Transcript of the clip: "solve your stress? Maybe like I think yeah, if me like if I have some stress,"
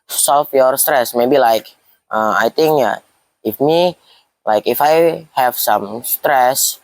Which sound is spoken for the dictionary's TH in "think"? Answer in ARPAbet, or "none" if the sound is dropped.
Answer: T